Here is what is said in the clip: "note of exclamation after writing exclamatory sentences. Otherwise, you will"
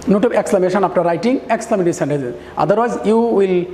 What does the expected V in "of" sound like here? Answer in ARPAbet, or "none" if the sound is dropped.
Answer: B